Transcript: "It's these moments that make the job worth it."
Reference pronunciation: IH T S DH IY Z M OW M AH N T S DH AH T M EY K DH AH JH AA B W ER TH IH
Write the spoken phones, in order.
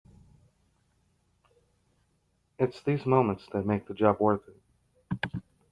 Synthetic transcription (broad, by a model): IH T S DH IY Z M OW M AH N T S DH AH T M EY K DH AH JH AA B W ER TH IH